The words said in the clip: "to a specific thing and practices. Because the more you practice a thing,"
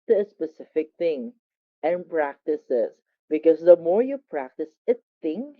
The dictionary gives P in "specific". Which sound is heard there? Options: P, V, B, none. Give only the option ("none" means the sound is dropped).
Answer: P